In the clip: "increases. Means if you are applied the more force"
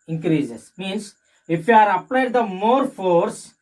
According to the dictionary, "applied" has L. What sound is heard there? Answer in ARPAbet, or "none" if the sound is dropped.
L